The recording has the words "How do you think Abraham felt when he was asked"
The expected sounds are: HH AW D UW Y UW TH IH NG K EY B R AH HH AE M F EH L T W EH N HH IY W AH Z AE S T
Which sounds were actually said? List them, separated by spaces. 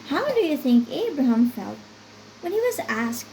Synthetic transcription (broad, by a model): HH AW D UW Y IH TH IH NG K EY B R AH HH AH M F EH L T W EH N HH IY W AH Z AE S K